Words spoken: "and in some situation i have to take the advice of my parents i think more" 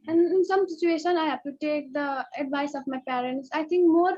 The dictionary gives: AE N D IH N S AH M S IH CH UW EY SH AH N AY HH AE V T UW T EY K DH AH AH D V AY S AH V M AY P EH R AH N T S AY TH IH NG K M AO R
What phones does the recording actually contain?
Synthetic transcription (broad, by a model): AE N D IH N S AH M S IH CH UW EY SH AH N AY HH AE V T UW T EY K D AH AH D V AY S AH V M AY P EH R AH N T S AY T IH NG K M AO R